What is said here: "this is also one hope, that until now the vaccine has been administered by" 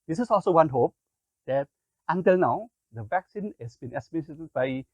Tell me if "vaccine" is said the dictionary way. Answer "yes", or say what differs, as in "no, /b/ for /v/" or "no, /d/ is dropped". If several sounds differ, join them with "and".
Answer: yes